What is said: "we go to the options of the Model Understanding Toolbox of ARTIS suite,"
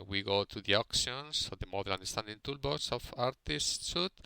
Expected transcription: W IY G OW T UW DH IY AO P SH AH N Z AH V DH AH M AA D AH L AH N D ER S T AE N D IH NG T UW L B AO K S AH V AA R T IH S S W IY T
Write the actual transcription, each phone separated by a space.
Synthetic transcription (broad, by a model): W IY G OW T UW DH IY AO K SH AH N S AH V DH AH M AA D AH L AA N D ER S T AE N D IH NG T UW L B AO S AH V AA R T IH S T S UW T